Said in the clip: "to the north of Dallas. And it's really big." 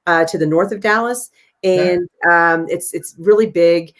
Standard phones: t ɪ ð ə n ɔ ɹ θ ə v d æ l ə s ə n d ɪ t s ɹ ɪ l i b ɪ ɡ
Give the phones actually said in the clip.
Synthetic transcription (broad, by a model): t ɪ ð ə n ɔ ɹ θ ə v d æ l ə s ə n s ɪ t s ɹ ɪ l i b ɪ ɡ